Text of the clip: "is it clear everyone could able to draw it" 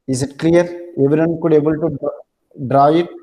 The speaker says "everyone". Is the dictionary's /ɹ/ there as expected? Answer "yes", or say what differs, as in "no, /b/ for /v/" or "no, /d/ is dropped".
no, /ɹ/ is dropped